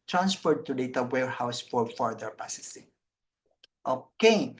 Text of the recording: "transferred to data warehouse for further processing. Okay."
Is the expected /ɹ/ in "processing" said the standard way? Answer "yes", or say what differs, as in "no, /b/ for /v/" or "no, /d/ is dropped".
no, /ɹ/ is dropped